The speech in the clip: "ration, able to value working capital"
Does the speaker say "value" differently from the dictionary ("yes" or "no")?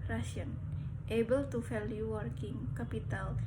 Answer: yes